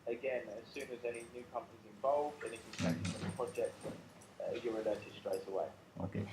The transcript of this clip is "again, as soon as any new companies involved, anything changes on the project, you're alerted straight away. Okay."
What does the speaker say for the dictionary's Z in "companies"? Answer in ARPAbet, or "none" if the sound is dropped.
Z